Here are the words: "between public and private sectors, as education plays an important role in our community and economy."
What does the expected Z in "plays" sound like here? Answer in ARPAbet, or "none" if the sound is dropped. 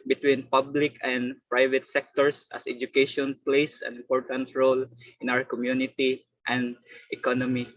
S